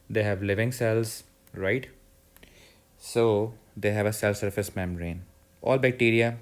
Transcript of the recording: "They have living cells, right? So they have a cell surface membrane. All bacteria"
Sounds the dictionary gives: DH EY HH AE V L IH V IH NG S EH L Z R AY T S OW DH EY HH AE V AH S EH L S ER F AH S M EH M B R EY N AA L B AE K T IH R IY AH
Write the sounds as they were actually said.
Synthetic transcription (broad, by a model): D EY HH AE V L IH V IH NG S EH L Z R AY T S OW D EY HH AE V AH S EH L S ER F AH S M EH M R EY N AA L B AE K T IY R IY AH